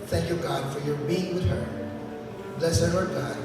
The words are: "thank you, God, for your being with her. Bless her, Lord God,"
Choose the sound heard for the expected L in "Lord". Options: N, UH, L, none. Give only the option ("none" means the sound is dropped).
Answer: N